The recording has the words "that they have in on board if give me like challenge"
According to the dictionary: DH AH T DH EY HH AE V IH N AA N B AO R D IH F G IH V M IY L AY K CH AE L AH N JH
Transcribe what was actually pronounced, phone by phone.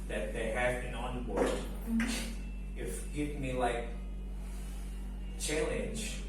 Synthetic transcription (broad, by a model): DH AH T DH EY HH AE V IH N AA N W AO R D IH F G IH V M IY L AY K CH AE L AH N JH